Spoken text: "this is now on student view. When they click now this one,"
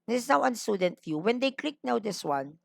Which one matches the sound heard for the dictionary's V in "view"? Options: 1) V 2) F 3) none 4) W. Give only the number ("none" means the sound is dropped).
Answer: 2